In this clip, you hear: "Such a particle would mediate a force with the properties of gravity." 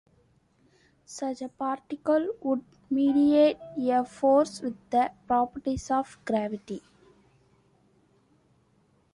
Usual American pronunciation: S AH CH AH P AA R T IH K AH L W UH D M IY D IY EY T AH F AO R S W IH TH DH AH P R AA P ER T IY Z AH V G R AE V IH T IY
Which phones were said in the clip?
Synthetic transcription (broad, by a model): S AH CH AH P AA R T IH K AH L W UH D M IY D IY EY T AH F AO R S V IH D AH P R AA P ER T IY S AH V G R AE V IH T IY